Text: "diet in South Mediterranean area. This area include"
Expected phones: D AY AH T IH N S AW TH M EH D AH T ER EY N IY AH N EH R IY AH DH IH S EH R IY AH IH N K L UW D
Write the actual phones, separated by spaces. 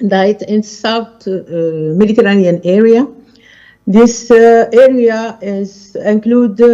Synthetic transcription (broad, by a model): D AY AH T IH N S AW T M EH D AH T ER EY N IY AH N EH R IY AH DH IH S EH R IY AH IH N K L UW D